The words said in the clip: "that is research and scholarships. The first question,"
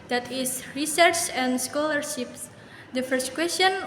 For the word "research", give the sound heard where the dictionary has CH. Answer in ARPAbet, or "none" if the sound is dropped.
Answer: CH